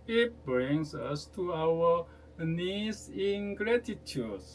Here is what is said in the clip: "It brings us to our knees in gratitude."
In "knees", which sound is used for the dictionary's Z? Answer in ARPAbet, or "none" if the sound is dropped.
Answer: S